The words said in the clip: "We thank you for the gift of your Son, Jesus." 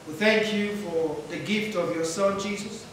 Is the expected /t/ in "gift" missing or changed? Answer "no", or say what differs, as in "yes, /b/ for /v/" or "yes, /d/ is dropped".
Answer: no